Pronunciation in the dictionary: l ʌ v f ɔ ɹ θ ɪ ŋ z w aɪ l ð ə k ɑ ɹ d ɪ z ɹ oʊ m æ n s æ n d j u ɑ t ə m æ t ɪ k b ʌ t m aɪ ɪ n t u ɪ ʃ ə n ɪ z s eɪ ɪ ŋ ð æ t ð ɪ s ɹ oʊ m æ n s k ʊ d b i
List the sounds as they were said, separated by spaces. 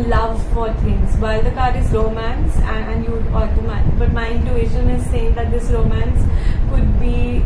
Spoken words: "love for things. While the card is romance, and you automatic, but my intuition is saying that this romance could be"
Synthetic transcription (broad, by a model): l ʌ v f ɔ ɹ t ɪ ŋ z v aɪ l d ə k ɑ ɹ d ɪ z ɹ oʊ m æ n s æ n d j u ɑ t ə m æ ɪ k b ʌ t m aɪ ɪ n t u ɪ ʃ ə n ɪ z s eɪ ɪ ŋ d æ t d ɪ s ɹ oʊ m æ n s k ʊ d b i